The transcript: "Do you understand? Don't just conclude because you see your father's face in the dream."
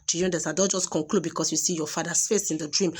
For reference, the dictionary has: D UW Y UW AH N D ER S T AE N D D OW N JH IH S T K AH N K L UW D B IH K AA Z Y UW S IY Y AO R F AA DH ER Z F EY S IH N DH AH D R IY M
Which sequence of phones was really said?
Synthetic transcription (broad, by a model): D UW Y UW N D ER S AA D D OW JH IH S K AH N K L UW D B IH K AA S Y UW S IY Y AO F AA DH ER S F EY S IH N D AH D R IY M